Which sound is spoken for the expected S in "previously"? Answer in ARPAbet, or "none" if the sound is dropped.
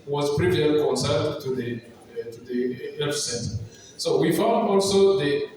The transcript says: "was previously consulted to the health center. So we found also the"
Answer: none